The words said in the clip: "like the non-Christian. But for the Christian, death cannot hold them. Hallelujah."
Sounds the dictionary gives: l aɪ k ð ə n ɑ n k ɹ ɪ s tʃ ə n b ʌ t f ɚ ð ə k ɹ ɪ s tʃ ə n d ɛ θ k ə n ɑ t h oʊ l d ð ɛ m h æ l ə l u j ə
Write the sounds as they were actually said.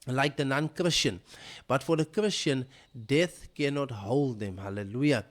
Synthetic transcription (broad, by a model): l aɪ k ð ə n ɑ n k ɹ ɪ s tʃ ə n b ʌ t f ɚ ð ə k ɹ ɪ s tʃ ə n d ɛ θ k ə n ɑ t h oʊ l d ð ɛ m h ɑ l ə l u j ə